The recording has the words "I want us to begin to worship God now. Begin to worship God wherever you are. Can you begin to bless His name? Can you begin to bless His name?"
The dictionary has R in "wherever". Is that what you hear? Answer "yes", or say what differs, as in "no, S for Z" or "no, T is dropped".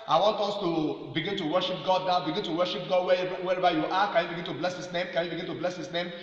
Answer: no, W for R